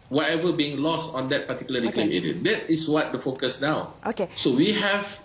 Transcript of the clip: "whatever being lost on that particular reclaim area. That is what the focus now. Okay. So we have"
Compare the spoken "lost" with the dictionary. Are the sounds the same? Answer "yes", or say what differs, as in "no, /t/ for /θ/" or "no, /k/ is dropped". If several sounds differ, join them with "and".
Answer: yes